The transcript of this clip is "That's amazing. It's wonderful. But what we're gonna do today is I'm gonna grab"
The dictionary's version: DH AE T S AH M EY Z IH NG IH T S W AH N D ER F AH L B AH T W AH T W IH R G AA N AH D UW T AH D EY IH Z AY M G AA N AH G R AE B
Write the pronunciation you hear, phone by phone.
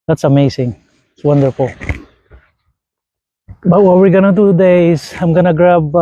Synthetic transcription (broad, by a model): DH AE T S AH M EY S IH NG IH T S W AH N D ER F AH L B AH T W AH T W IH R G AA N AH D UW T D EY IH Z AY M G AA N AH G R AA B